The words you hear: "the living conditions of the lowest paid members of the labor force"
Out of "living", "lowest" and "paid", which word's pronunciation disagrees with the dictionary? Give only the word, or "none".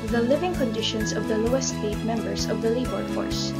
paid